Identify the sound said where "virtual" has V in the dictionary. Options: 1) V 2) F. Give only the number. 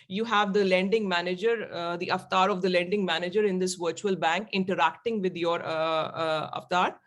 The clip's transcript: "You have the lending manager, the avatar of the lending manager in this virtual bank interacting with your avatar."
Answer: 1